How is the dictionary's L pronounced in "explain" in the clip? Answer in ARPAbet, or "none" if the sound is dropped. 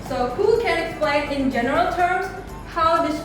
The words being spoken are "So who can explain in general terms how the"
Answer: L